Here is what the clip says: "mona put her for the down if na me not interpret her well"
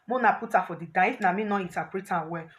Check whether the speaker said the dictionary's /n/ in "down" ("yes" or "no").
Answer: no